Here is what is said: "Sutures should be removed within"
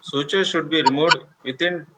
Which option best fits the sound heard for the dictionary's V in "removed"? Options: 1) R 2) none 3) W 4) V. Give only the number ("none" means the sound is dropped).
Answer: 2